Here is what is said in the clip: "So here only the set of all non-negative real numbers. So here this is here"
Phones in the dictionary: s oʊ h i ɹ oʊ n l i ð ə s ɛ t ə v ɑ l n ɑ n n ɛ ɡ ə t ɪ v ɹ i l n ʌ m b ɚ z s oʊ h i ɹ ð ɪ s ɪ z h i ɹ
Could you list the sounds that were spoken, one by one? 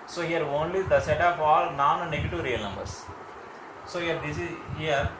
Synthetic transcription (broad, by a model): s oʊ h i ɹ oʊ n l i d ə s ɛ t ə p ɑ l n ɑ n n ɛ ɡ ə t ɪ v ɹ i l n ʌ m b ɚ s s oʊ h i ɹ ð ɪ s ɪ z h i ɹ